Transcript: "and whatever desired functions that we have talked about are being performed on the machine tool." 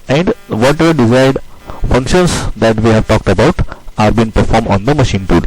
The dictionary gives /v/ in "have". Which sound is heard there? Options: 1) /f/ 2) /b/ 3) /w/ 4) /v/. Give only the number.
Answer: 4